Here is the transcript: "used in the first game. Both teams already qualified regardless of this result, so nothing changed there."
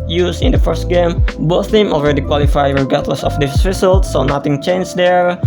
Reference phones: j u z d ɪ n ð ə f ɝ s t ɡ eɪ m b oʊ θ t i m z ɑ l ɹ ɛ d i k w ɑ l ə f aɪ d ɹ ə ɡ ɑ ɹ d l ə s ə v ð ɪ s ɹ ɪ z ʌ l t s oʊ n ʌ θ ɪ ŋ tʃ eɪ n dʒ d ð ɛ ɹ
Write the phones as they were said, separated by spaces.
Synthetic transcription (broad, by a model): j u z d ɪ n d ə f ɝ s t ɡ eɪ m b oʊ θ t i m ɑ l ɹ ɛ d i k w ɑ l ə f aɪ ɹ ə ɡ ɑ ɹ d l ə s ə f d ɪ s ɹ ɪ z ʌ l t s oʊ n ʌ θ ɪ ŋ tʃ eɪ n dʒ d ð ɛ ɹ